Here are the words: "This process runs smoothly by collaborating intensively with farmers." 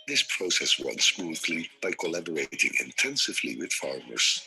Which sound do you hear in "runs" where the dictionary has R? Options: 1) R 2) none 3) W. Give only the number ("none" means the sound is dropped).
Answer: 3